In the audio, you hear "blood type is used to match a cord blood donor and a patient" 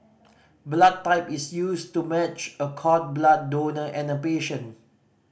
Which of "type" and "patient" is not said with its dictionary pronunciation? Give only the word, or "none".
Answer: patient